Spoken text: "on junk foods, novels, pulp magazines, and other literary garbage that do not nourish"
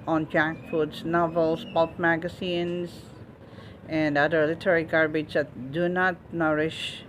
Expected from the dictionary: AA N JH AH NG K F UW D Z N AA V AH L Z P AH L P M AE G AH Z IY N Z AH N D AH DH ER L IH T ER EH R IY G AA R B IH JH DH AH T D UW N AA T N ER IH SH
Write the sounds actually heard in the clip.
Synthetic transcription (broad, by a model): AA N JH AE K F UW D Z N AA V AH L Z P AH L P M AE G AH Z IY N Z AH N D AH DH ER L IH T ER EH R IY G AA R B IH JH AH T D UW N AA T N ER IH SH